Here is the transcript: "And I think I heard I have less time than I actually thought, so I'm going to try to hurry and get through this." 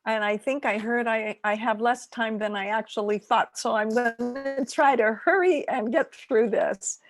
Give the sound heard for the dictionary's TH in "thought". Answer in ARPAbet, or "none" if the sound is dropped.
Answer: TH